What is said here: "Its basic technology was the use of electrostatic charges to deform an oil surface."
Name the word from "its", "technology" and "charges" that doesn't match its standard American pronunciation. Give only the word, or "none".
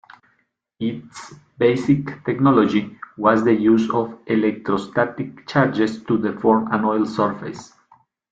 charges